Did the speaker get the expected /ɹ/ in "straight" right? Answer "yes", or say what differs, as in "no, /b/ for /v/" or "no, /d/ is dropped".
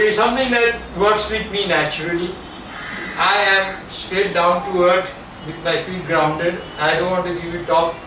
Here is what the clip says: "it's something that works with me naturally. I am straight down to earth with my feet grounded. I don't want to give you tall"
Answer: no, /ɹ/ is dropped